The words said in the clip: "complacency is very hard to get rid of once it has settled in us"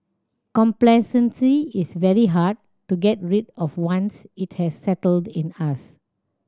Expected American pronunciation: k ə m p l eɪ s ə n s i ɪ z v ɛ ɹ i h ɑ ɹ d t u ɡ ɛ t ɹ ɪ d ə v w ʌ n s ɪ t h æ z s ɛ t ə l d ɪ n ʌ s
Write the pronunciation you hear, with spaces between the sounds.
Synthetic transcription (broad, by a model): k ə m p l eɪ s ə n s i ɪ s v ɛ ɹ i h ɑ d t u ɡ ɛ t ɹ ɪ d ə f w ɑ n s ɪ t h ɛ s ɛ t ə l d ɪ n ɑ s